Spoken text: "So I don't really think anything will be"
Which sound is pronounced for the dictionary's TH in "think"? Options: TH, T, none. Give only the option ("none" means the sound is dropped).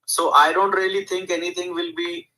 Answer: T